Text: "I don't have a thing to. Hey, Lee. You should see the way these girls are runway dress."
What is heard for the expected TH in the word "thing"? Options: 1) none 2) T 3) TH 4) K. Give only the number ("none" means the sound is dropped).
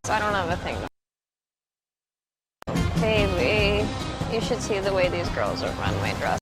3